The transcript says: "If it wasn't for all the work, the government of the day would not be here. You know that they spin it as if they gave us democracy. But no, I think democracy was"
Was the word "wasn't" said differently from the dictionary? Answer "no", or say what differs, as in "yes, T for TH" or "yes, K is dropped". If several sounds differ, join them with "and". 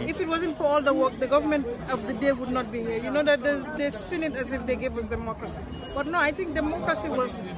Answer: no